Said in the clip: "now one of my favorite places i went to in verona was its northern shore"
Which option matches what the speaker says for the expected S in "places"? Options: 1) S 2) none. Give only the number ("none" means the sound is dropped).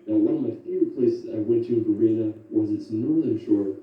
2